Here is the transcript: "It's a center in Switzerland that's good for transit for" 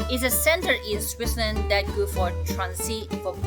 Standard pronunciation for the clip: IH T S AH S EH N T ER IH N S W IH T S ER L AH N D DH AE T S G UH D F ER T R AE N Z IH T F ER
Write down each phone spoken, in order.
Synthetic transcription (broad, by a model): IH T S AH S EH N T ER IH N S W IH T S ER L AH N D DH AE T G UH F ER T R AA N S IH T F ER